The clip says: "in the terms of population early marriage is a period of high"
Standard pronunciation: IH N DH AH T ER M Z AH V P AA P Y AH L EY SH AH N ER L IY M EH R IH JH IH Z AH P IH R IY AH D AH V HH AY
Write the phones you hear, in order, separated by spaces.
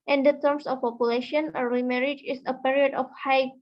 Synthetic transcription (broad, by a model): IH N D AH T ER M S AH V P AA P Y AH L EY SH AH N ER IY M EH R IH JH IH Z AH P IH R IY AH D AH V HH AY